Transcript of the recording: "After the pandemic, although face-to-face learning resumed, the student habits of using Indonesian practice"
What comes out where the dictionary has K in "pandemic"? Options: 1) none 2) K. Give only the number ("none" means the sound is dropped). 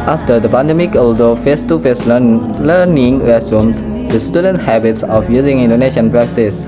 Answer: 2